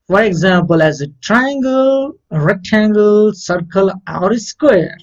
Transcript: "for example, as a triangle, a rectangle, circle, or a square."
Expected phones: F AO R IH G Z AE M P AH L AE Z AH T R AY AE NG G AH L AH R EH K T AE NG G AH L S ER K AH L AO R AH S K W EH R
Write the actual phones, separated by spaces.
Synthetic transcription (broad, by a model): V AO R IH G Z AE M P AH L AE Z AH T R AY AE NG G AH L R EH T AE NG G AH L S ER K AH L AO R AH S K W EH R